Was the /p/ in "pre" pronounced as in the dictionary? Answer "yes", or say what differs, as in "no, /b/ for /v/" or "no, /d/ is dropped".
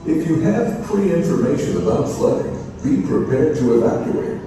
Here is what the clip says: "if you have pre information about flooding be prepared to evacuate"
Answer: no, /f/ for /p/